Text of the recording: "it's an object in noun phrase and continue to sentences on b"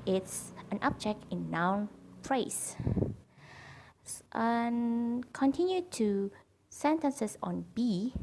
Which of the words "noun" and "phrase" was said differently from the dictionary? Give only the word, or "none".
phrase